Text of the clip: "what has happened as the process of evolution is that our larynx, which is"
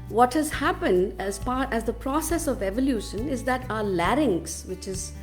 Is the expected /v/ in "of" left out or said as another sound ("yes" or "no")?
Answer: no